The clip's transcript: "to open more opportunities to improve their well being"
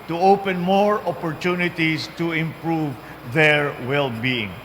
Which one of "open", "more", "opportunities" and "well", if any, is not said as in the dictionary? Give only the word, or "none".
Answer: opportunities